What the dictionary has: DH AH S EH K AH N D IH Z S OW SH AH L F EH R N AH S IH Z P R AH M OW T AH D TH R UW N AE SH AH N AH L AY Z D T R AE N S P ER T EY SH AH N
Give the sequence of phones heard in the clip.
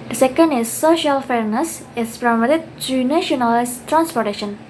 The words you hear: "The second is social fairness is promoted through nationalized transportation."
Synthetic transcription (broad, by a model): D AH S EH K AH N D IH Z S OW SH AH L F EH R N AH S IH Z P R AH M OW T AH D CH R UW N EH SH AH N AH L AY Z T R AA N S P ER T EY SH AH N